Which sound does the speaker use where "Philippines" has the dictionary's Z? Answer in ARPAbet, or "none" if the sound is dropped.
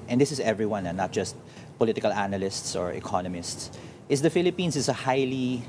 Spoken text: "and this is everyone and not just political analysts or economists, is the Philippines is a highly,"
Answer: S